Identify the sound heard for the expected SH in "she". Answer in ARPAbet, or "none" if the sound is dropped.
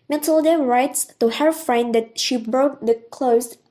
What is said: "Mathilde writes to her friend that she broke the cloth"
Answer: SH